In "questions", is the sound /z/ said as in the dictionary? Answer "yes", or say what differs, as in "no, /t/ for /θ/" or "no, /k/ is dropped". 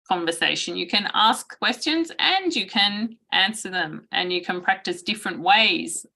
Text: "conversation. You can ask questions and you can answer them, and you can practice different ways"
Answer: yes